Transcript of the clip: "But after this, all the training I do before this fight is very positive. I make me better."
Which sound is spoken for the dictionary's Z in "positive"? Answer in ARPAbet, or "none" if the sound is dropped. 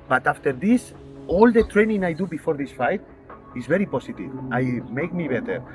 S